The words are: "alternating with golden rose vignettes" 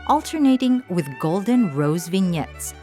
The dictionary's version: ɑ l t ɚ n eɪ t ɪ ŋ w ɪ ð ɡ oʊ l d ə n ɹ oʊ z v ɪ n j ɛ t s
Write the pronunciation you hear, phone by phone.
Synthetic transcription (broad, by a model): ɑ l t ɚ n eɪ t ɪ ŋ w ɪ ð ɡ oʊ l d ə n ɹ oʊ z v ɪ n j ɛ t s